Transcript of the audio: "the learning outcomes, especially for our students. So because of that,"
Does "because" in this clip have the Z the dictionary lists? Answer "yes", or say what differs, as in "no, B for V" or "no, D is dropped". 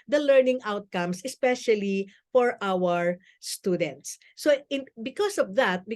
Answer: no, S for Z